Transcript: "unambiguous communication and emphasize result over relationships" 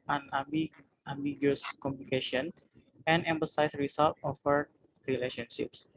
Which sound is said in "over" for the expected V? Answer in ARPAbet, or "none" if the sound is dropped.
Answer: F